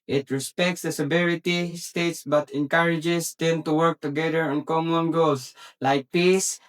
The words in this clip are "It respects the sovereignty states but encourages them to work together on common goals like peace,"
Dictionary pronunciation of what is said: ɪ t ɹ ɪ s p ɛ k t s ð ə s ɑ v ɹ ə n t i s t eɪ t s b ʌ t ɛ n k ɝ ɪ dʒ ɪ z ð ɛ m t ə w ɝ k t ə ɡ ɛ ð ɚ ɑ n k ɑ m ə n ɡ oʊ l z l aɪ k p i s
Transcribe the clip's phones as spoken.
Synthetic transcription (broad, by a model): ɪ t ɹ ɪ s p ɛ k t s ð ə s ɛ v ɹ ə t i s t eɪ t s b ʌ t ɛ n k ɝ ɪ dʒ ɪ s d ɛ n t ə w ɝ k t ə ɡ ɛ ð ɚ ɑ n k ɑ m ə n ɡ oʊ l s l aɪ k p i s